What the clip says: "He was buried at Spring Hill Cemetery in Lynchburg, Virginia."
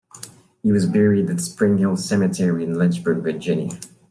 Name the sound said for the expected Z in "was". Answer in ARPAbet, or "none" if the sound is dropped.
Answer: Z